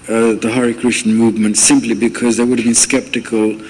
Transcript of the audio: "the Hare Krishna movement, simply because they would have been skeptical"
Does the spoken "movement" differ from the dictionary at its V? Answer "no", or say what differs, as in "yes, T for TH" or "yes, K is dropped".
no